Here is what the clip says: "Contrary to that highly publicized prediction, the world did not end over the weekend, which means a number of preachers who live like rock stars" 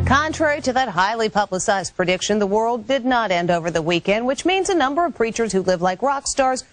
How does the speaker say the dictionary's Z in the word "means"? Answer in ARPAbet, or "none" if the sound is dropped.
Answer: Z